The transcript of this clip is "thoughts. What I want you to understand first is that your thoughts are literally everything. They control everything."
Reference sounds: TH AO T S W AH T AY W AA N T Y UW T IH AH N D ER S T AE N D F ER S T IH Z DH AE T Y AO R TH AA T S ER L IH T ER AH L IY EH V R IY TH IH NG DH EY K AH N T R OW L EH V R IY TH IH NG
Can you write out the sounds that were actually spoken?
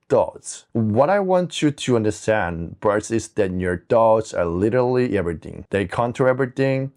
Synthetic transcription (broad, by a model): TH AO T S W AH T AY W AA N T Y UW T IH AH N D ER S T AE N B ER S IH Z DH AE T Y AO R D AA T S ER L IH T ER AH L IY EH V R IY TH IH NG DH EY K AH N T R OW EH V R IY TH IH NG